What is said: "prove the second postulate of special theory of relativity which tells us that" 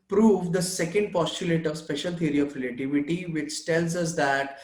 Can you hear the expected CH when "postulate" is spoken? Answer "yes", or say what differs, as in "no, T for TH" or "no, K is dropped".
yes